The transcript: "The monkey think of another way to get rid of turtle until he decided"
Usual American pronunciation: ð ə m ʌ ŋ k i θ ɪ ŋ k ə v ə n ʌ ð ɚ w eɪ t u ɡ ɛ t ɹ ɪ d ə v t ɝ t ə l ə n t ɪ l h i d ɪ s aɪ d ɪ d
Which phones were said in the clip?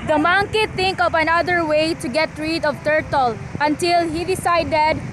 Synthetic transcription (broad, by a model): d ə m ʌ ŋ k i t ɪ ŋ k ə v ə n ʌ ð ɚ w eɪ t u ɡ ɛ t ɹ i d ə v t ɝ t ə l ə n t ɪ l h i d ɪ s aɪ d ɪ d